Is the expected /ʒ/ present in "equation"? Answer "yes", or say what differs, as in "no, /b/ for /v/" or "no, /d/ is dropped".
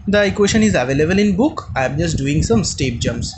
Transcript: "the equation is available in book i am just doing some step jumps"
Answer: no, /ʃ/ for /ʒ/